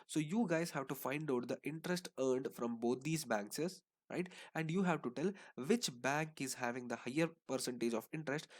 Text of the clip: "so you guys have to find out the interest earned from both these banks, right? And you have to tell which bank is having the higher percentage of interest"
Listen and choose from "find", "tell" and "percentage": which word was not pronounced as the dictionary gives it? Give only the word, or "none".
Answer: none